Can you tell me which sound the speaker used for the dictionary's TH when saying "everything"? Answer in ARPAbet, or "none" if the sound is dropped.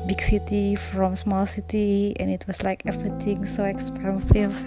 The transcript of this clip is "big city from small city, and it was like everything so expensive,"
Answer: T